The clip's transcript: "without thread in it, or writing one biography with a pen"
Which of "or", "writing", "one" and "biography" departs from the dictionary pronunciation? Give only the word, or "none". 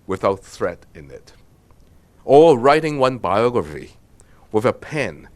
or